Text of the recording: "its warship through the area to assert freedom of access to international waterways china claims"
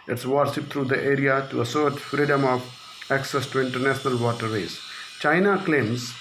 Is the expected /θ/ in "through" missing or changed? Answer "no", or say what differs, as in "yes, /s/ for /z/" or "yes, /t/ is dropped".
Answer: yes, /t/ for /θ/